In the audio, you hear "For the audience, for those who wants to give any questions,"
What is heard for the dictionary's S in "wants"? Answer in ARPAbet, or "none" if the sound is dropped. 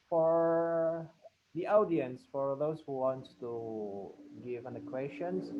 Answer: none